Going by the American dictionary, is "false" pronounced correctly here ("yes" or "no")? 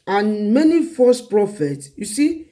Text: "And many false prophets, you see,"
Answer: no